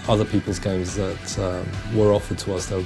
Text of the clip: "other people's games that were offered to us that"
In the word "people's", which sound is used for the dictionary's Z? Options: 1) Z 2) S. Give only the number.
1